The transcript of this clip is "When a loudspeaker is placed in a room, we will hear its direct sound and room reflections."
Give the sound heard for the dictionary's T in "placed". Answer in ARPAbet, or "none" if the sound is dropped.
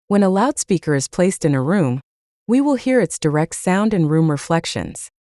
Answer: T